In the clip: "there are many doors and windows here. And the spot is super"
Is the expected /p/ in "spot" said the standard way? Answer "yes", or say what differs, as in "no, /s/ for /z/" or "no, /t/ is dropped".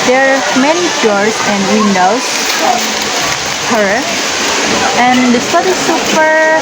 no, /p/ is dropped